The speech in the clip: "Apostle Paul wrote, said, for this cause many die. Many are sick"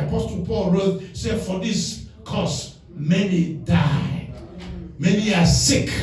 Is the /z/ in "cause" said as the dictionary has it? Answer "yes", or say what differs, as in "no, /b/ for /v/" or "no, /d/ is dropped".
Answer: no, /s/ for /z/